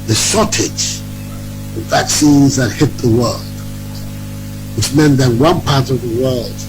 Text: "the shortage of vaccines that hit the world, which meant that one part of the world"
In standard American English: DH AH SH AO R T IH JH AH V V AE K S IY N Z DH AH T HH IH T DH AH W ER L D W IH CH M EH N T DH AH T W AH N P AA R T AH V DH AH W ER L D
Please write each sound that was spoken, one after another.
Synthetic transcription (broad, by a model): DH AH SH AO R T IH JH AH V V AE K S IY N Z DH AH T HH IH T DH AH W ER L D W IH CH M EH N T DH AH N W AH N P AA R T AH V DH AH W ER L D